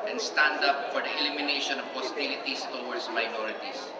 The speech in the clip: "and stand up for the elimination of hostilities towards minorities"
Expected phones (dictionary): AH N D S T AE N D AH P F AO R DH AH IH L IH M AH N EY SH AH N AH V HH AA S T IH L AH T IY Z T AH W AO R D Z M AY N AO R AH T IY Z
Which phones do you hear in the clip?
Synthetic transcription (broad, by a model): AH N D S T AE N D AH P F AO R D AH IH L IH M AH N EY SH AH N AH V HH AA S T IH L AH T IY S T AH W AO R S M AY N AO R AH T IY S